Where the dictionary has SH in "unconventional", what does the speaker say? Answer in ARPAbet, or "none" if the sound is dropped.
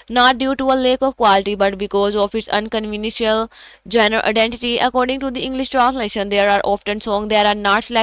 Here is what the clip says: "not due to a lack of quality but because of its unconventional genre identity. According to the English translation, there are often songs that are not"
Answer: none